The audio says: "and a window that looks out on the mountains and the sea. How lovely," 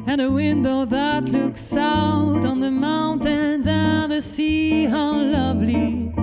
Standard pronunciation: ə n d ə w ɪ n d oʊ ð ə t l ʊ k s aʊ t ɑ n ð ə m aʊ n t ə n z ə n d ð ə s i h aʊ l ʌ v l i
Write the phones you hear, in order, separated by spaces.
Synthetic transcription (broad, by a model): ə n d ə w ɪ n d oʊ ð ə t l ʊ k s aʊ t n ð ə m aʊ n t ə n z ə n ð ə s i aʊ l ʌ v l i